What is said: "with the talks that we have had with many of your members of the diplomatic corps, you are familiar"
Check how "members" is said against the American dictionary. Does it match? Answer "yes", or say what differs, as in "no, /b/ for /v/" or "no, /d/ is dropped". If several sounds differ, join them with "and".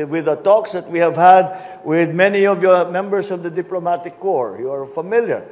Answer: no, /s/ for /z/